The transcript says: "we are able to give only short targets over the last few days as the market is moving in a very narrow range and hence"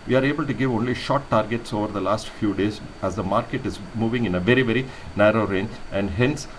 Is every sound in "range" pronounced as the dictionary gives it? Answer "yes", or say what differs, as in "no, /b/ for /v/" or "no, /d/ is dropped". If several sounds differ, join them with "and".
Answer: no, /dʒ/ is dropped